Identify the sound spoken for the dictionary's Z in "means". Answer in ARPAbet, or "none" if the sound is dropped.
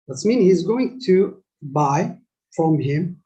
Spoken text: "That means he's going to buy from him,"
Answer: none